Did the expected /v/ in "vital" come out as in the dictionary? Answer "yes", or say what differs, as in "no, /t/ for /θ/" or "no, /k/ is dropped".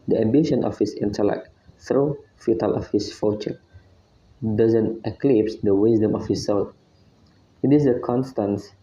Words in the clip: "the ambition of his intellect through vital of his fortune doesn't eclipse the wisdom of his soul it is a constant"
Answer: no, /f/ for /v/